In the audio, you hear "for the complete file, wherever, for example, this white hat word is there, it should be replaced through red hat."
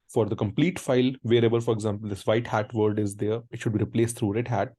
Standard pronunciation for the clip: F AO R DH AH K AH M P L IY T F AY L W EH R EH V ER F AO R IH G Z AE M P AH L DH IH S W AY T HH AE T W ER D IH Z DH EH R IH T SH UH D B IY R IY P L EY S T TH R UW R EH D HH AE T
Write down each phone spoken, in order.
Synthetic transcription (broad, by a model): F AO R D AH K AH M P L IY T F AY L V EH R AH B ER F AO R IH G Z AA M P AH L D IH S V AY T HH AE T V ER D IH Z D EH R IH T SH UH D B IY R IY P L EY S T T R UW R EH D HH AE T